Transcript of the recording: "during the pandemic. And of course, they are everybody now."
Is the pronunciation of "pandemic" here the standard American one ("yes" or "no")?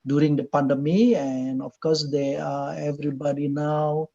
no